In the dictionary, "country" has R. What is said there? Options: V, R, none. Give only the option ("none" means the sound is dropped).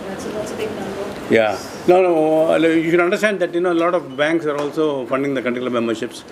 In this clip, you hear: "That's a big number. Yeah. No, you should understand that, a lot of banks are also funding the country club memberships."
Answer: none